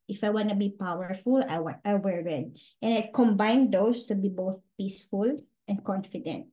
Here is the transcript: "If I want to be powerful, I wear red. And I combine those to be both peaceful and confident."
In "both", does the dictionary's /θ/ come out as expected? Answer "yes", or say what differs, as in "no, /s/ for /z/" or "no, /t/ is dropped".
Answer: yes